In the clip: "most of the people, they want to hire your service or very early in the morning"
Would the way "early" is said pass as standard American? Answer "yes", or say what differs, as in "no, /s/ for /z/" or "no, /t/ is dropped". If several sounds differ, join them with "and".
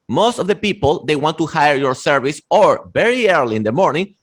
yes